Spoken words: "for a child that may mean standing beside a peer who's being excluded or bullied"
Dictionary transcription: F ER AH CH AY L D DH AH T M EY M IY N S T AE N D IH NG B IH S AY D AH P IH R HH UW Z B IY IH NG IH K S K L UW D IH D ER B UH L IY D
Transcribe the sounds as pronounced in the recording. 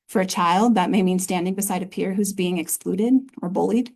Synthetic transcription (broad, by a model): F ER AH CH AY L D DH AH T M EY M IY N S T AE N D IH NG B IH S AY D AH P IH R HH UW Z B IY IH NG IH K S K L UW D IH D ER B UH L IY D